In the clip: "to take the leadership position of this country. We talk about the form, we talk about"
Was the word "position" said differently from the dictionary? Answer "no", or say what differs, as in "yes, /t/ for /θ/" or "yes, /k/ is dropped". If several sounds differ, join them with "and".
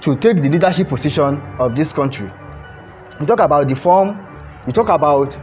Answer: yes, /s/ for /z/